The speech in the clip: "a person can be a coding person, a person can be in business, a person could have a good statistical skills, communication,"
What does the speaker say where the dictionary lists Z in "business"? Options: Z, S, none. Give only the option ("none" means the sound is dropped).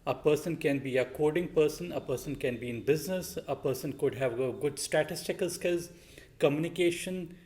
Z